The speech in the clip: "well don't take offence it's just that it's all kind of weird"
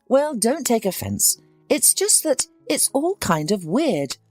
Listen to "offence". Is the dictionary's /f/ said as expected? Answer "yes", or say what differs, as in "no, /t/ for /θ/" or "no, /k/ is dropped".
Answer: yes